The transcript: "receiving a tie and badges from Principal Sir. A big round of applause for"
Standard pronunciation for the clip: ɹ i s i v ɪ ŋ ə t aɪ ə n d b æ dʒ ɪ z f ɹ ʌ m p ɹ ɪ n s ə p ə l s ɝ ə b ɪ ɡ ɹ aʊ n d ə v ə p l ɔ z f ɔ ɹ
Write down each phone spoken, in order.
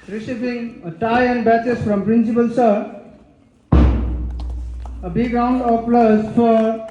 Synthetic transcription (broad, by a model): ɹ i s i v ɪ ŋ ə t aɪ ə n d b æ tʃ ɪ s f ɹ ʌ m p ɹ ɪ n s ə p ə l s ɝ ə b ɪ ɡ ɹ aʊ n d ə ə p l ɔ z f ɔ ɹ